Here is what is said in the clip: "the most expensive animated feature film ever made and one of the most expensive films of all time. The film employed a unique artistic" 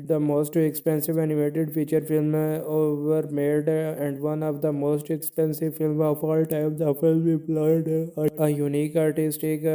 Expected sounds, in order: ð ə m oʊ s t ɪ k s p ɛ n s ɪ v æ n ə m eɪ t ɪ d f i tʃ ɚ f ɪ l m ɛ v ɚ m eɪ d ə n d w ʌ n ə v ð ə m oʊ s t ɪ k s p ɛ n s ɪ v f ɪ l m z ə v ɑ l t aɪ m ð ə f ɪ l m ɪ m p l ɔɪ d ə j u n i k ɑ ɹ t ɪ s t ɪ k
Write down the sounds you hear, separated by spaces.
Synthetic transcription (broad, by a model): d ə m oʊ s t ɪ k s p ɛ n s ɪ v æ n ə m eɪ t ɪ d f i tʃ ɚ f ɪ l m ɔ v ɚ m eɪ d ə n d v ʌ n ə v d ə m oʊ s t ɪ k s p ɛ n s ɪ v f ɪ l m ə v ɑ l t aɪ m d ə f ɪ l ɪ p l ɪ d ə j u n i k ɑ ɹ t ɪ s t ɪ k